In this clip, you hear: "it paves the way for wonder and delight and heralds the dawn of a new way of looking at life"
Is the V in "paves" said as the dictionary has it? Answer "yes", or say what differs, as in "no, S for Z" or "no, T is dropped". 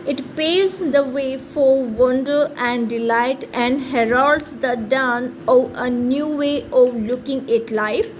no, V is dropped